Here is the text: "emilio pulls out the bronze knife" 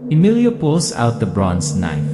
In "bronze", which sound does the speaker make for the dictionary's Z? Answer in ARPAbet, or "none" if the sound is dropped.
S